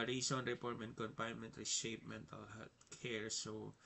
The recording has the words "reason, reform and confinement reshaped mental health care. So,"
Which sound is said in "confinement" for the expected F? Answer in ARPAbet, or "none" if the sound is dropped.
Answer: P